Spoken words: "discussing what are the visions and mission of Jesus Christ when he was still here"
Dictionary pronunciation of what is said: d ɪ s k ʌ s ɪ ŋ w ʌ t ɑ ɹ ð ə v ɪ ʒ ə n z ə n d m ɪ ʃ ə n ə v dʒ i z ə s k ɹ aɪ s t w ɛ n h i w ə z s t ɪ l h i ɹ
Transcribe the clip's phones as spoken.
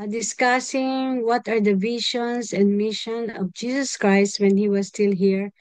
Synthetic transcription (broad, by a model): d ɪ s k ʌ s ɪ ŋ w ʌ t ɑ ɹ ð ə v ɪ ʃ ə n s ə n d m ɪ ʃ ə n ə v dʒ i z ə s k ɹ aɪ s t w ɛ n h i w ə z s t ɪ l h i ɹ